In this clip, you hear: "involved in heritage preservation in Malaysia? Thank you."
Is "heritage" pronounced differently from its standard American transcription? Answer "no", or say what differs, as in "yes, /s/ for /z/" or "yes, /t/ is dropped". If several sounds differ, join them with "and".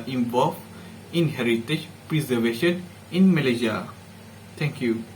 no